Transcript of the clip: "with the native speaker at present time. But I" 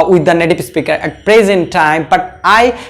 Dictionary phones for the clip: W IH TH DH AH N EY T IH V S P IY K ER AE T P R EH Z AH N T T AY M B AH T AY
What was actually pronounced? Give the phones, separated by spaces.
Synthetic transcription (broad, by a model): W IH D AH N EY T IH P S P IY K ER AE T P R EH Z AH N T T AY M B AH T AY